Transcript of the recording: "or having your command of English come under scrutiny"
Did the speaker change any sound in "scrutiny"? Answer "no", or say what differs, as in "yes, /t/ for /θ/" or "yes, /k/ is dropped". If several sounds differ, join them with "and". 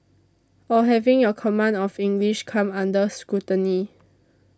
yes, /ɹ/ is dropped